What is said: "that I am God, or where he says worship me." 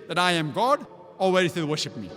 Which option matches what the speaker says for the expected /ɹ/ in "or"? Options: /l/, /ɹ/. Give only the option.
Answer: /l/